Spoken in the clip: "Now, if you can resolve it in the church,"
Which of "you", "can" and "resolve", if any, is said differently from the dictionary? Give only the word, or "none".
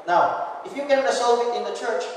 resolve